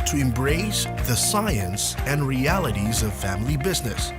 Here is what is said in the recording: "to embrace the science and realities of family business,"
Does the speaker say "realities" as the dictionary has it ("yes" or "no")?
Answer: yes